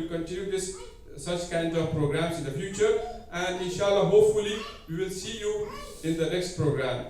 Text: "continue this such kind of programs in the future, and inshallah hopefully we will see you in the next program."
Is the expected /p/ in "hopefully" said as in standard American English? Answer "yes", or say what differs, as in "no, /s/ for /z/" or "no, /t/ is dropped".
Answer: yes